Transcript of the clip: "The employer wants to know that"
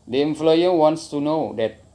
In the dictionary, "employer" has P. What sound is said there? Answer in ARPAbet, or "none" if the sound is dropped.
F